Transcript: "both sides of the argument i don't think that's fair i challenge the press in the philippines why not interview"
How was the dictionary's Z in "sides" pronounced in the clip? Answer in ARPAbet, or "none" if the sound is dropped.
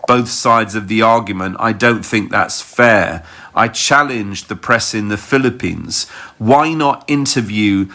Z